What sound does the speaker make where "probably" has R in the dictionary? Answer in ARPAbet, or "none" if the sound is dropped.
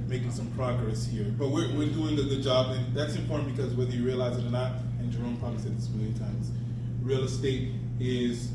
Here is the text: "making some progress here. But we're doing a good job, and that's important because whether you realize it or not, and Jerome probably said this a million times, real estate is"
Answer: none